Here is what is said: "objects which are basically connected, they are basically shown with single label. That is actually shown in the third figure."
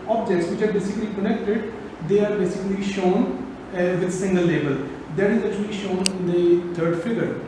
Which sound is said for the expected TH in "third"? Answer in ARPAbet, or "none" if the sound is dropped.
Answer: T